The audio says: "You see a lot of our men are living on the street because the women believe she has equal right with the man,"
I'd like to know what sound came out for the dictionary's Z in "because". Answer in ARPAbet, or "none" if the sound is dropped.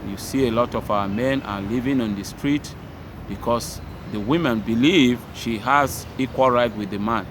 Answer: S